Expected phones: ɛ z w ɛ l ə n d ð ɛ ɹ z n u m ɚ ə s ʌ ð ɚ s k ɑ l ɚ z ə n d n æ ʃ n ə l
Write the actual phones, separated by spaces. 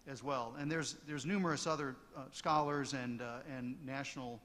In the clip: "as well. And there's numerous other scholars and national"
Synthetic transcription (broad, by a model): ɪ z w ɛ l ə n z ð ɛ ɹ z n u m ɚ ə s ʌ ð ɚ s k ɑ l ɚ z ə n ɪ n æ ʃ n l